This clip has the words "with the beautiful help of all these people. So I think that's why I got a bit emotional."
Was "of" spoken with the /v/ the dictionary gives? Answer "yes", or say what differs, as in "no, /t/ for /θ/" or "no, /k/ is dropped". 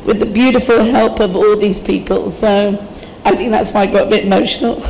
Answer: yes